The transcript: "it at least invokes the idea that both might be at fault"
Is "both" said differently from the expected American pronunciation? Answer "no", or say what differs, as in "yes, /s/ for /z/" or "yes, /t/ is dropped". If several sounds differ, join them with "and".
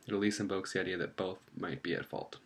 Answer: no